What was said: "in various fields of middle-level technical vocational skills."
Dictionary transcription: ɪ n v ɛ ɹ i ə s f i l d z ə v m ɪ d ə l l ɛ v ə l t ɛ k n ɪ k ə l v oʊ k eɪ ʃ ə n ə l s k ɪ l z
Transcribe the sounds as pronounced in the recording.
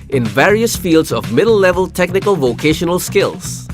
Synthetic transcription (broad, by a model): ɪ n v ɛ ɹ i ə s f i l d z ə v m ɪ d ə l l ɛ v ə l t ɛ k n ɪ k ə l v oʊ k eɪ ʃ ə n ə l s k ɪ l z